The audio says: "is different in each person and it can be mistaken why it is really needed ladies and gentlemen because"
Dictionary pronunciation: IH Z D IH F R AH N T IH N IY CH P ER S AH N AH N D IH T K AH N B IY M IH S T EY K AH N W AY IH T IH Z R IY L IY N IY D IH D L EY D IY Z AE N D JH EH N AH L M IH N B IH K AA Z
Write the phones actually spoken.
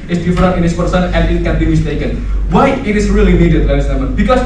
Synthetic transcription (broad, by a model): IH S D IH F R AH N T IH N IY S P ER S AH N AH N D IH T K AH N B IY M IH S T EY K AH N W AY IH T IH S R IY L IY N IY D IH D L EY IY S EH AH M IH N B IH K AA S